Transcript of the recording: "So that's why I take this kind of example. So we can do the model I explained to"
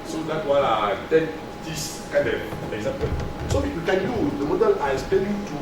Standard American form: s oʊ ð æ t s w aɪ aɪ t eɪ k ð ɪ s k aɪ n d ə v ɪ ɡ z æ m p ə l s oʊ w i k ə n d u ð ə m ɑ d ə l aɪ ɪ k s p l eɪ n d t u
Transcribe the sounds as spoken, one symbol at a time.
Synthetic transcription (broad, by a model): s oʊ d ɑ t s w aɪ aɪ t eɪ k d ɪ s k aɪ n d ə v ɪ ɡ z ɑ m p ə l s oʊ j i k ə n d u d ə m ɑ d ə l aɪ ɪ s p eɪ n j t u